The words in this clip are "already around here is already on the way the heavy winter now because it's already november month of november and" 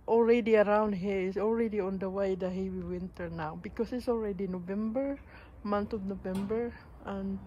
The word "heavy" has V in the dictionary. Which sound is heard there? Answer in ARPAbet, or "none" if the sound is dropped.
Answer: W